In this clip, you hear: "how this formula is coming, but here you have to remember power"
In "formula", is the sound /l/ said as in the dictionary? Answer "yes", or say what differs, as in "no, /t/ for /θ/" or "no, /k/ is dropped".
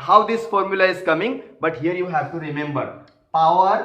yes